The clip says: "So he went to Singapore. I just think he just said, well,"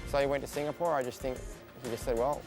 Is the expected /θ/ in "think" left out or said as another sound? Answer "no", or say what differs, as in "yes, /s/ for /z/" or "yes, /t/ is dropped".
no